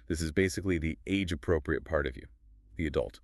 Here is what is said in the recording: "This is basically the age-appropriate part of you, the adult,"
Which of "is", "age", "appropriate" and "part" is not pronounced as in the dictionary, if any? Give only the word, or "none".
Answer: none